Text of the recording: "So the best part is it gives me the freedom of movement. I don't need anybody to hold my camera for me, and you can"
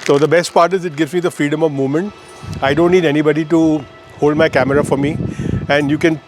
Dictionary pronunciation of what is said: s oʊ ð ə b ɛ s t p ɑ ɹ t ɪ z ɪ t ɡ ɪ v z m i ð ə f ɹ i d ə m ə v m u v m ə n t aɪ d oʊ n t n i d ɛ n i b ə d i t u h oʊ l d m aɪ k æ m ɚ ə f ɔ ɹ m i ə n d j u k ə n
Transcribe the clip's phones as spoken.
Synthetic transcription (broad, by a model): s oʊ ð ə b ɛ s t p ɑ ɹ t ɪ z ɪ t ɡ ɪ v z m i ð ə f ɹ i d ə m ə v m u v m ə n t aɪ d oʊ n t n i d ɛ n i b ə d i t u h oʊ l d m aɪ k æ m ɚ ə f ɔ ɹ m i ə n d j u k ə n